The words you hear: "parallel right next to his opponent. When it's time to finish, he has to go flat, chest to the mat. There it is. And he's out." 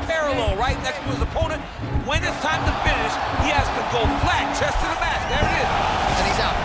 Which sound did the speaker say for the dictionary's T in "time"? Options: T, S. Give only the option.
T